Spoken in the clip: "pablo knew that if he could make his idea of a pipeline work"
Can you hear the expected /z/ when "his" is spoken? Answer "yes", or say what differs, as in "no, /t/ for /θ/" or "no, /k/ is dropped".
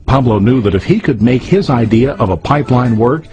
yes